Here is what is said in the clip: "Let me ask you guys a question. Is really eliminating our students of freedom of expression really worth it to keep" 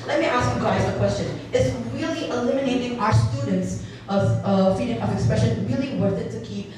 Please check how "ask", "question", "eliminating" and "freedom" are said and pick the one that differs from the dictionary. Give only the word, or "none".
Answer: freedom